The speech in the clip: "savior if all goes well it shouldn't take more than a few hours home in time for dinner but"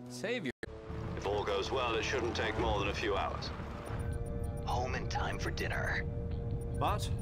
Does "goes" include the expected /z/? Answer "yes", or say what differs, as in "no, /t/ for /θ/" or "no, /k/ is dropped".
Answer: yes